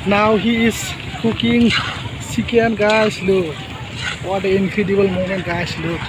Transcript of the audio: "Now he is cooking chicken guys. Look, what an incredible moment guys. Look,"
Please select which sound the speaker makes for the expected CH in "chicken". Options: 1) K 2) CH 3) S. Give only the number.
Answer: 3